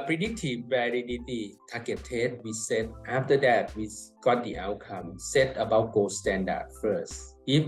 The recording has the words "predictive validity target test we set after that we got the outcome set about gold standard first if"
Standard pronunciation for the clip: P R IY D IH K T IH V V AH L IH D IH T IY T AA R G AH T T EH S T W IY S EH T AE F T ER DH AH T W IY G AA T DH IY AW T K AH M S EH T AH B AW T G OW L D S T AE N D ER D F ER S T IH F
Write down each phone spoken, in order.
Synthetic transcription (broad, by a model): P R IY D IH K T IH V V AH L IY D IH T IY T AA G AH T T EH T W IY S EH T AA F T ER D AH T W IY G AA T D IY AW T K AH M S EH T AH B AW T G OW S T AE N D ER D F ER S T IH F